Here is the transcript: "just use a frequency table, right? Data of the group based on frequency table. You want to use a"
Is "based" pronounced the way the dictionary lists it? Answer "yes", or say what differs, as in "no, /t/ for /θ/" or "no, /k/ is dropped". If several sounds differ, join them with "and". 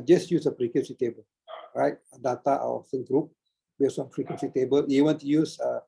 no, /t/ is dropped